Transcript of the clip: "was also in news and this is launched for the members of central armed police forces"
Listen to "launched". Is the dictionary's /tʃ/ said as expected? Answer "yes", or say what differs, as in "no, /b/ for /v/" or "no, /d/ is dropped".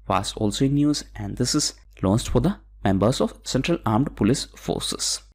no, /s/ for /tʃ/